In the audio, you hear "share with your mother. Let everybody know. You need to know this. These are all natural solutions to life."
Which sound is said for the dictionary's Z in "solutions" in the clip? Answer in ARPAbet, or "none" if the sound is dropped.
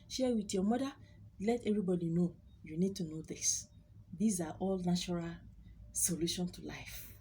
none